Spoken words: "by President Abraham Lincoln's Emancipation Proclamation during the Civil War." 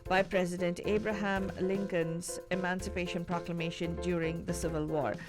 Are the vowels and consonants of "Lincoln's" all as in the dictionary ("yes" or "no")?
yes